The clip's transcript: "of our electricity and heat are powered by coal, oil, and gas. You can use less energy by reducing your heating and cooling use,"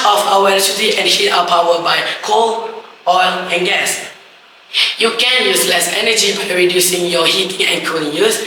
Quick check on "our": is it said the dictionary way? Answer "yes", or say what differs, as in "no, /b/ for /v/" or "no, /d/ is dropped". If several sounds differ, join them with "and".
no, /w/ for /ɹ/